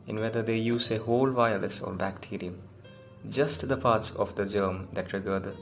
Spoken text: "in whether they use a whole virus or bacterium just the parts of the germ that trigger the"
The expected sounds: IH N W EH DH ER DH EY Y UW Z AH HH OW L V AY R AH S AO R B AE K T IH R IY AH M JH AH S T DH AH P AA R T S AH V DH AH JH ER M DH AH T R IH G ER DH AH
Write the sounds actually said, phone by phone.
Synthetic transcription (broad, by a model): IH N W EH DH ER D EY Y UW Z AH HH OW L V AY L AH S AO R B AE K T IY R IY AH M JH AH S T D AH P AA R T S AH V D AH JH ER M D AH T R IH G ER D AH